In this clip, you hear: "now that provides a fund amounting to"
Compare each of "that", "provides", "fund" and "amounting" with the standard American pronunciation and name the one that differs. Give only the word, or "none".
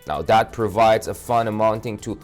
fund